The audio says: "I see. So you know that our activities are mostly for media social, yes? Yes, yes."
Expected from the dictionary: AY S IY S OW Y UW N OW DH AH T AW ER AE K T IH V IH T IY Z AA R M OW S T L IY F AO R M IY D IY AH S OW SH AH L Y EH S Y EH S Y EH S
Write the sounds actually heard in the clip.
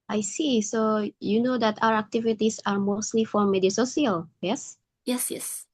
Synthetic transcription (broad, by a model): AY S IY S OW Y UW N OW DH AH T AW ER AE K T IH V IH T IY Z AA R M OW S T L IY F AO R M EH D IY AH S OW S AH L Y EH S Y EH S Y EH S